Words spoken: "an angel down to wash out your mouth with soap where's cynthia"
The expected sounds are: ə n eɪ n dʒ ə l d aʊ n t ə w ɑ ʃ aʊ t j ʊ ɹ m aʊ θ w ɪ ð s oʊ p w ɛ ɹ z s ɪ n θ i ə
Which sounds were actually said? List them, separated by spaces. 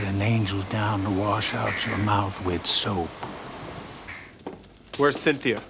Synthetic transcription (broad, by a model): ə n eɪ n dʒ l d aʊ n t ə w ɑ ʃ aʊ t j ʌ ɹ m aʊ θ w ɪ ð s oʊ p w ɛ ɹ z s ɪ n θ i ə